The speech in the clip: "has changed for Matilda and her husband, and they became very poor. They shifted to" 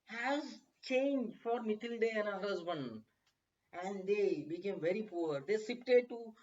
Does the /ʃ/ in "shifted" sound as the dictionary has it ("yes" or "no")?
no